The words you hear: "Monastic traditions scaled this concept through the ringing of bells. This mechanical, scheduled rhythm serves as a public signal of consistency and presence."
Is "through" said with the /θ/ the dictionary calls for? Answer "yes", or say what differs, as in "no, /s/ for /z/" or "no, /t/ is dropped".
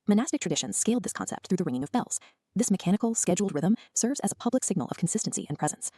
yes